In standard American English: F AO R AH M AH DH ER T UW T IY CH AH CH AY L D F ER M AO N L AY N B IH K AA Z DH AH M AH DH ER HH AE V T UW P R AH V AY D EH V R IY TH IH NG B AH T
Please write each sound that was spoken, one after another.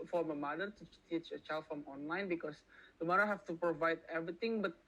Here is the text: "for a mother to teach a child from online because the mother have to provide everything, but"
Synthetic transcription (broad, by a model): F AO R AH M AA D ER T UW T IY CH AH CH AY L D F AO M AO N L AY N B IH K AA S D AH M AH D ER HH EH F T UW P R AH V AY D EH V R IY T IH NG B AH T